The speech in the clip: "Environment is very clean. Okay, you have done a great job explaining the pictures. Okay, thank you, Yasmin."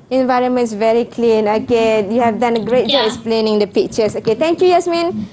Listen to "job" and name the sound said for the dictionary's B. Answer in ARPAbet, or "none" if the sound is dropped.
none